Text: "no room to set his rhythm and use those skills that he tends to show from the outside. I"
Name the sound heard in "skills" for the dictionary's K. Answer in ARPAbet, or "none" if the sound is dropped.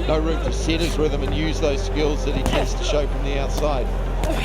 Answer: K